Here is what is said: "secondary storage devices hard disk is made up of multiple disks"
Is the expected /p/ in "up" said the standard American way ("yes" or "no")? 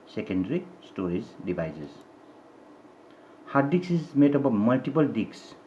no